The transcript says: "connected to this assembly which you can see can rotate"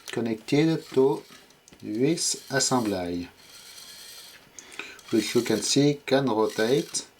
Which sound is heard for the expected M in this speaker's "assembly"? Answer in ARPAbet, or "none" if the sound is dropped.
none